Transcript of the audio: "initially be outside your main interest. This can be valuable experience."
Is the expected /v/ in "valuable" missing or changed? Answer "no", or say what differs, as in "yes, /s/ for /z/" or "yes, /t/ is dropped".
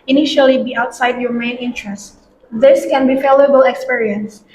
yes, /f/ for /v/